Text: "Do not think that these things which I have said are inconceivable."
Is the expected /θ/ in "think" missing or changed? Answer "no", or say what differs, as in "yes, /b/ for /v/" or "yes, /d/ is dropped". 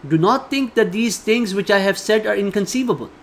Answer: yes, /t/ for /θ/